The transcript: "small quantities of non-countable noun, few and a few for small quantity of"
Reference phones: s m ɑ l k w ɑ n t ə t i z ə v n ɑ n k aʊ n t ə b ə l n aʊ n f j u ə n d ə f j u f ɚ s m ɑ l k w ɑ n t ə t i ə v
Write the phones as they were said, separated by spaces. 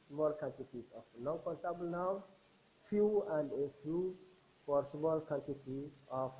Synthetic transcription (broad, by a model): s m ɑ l k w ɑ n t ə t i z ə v n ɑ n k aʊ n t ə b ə l n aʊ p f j u ə n d ə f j u p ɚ s m ɑ l k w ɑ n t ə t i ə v